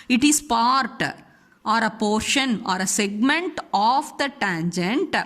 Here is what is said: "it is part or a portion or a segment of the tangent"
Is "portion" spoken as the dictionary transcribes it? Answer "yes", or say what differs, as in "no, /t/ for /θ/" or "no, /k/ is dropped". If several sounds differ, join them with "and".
yes